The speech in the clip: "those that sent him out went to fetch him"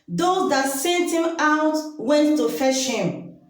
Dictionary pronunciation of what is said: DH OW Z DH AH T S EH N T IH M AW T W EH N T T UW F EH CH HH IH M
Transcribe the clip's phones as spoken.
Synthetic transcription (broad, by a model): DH OW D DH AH T S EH T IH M AW T W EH N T T UW F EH SH HH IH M